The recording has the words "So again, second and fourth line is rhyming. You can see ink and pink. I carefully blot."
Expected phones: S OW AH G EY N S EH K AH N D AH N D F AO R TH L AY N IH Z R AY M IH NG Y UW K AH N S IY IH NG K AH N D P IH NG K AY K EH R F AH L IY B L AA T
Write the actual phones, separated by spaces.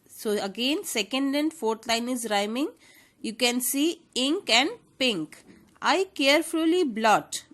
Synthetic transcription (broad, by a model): S OW AH G EY N S EH K AH N D AH N D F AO R T L AY N IH Z R AY M IH NG Y UW K AH N S IY IH NG K AH N D P IH NG K AY K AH R F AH L IY B L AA T